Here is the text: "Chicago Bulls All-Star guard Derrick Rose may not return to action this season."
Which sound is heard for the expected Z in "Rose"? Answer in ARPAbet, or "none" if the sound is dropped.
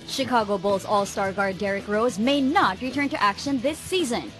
Z